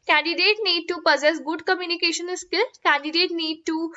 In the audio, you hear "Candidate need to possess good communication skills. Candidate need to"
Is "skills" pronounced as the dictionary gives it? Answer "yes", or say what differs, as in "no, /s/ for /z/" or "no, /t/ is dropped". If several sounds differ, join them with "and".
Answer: no, /z/ is dropped